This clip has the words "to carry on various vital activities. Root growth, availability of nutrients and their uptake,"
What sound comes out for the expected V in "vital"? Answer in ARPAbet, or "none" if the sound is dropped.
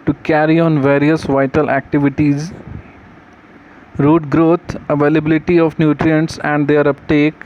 V